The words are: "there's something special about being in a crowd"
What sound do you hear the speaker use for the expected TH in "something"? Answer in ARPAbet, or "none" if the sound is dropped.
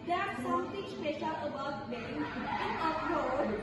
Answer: T